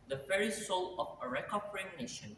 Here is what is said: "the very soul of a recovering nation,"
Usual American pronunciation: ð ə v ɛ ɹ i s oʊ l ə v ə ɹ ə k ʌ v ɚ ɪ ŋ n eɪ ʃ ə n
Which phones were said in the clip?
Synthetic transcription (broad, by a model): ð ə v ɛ ɹ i s oʊ l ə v ə ɹ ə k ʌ p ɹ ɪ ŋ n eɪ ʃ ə n